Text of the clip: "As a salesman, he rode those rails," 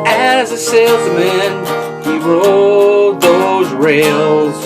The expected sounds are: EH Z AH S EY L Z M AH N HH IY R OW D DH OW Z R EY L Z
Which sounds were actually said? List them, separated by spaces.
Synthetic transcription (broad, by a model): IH Z AH S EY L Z M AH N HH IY R OW D DH OW Z R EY L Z